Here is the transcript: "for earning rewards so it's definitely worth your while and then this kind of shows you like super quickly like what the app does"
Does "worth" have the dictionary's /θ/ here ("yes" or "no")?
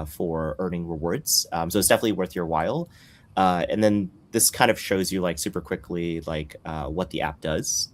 yes